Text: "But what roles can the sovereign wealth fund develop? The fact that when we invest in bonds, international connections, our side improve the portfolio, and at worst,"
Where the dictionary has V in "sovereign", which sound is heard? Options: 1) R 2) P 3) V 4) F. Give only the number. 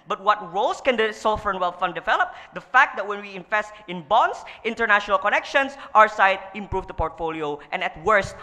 4